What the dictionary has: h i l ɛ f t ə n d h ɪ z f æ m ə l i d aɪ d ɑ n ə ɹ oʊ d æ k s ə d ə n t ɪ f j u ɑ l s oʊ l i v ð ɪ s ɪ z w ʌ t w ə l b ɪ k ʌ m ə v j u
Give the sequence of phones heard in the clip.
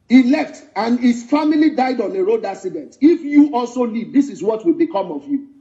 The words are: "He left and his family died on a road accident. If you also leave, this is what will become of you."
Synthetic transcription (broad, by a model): h i l ɛ f t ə n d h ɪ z f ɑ m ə l i d aɪ d ɑ n ə ɹ oʊ d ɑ s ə d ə n t ɪ f j u ɑ l s oʊ l i v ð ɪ s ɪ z w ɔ t w ə l b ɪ k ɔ m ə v j u